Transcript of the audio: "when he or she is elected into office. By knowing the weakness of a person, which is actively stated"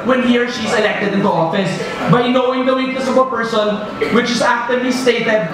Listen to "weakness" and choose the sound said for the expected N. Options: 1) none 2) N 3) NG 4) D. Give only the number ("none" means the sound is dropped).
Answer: 1